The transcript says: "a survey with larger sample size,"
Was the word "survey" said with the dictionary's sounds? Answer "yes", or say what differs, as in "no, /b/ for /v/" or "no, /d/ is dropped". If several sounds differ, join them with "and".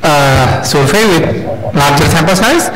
no, /f/ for /v/